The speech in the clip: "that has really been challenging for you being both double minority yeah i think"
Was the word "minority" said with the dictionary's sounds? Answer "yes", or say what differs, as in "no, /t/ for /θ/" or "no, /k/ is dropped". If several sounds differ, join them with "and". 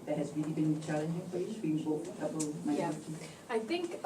no, /n/ is dropped and /ɹ/ is dropped